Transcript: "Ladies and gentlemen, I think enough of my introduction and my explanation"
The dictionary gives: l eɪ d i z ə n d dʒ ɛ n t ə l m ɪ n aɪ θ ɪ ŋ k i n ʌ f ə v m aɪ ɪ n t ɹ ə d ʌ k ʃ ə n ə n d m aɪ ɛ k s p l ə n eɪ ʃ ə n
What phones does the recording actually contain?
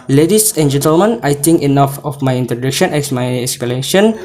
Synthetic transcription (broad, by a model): l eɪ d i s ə n dʒ ɛ n t ə l m ɪ n aɪ t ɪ ŋ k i n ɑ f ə f m aɪ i n t ɹ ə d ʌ k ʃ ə n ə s m aɪ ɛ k s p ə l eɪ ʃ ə n